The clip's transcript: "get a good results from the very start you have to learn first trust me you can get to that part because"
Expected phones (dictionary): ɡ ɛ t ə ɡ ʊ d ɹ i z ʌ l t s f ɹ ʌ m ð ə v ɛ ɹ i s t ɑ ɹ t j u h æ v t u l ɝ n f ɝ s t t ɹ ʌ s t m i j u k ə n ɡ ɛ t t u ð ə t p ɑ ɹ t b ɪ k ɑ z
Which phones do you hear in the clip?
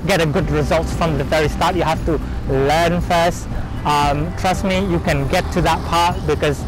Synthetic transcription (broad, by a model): ɡ ɛ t ə ɡ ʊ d ɹ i z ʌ l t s f ɹ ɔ m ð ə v ɛ ɹ i s t ɑ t j u h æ f t u l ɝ n f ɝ s t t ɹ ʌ s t m i j u k ə n ɡ ɛ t t u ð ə t p ɑ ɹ t b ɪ k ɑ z